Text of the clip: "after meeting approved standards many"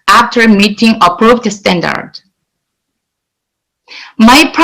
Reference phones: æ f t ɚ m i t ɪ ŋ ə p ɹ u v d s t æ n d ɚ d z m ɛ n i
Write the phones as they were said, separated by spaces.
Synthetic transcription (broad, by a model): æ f t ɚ m i t ɪ ŋ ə p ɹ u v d s t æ n d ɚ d m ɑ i